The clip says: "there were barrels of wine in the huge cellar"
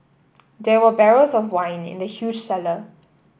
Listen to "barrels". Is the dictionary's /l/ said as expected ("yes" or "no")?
no